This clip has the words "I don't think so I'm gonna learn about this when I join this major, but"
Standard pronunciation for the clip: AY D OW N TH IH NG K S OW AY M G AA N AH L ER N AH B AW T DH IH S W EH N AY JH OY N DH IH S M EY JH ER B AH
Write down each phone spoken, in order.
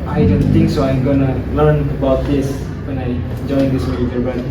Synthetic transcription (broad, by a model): AY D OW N T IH NG K S OW AY M G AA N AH L ER N AH B AW T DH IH S W EH N AY JH OY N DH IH S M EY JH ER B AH